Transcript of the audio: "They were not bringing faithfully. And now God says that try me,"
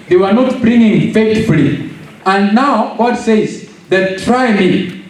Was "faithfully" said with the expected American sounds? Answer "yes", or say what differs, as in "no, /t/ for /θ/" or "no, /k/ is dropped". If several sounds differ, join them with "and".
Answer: no, /t/ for /θ/